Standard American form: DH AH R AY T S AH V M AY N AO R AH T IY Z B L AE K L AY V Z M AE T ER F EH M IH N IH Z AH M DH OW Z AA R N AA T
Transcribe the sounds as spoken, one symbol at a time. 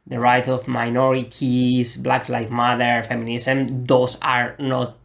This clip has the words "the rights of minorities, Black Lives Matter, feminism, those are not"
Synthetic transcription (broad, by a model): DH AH R AY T AH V M AY N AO R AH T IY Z B L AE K L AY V M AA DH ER F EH M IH N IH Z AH M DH OW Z AA R N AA T